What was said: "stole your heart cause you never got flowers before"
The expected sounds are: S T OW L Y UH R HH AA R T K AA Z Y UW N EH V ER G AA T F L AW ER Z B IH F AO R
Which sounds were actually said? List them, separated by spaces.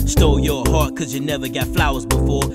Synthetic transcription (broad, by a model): S T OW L Y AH R HH AA R T K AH Z Y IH N EH V ER G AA T F L AW ER Z B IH F AO R